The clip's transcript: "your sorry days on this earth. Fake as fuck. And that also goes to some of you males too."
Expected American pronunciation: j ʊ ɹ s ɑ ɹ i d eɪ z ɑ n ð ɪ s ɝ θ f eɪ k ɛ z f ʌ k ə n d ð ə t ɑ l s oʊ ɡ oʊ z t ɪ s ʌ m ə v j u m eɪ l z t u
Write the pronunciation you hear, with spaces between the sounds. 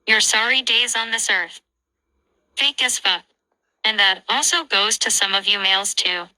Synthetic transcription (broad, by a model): j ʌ ɹ s ɑ ɹ i d eɪ z n ð ɪ s ɝ θ f eɪ k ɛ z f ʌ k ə n ð ə t ɑ l s oʊ ɡ oʊ z t ɪ s ʌ m ə v j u m eɪ l z t u